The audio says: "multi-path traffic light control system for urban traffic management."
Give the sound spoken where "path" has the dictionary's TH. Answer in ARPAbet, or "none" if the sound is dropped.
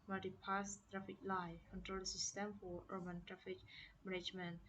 S